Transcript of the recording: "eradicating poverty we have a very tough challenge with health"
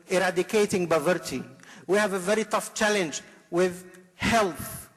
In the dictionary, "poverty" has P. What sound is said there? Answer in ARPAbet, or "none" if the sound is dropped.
B